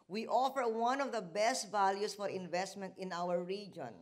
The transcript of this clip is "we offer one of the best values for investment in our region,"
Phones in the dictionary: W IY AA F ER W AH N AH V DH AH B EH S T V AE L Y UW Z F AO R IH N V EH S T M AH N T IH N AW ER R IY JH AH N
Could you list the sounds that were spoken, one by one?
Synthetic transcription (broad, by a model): W IY AA F ER W AH N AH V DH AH B EH S T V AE L Y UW S F AO R IH N V EH S T M AH N T IH N AW ER R IY JH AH N